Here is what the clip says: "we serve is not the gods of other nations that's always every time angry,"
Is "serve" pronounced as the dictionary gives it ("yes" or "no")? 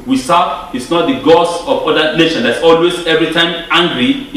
no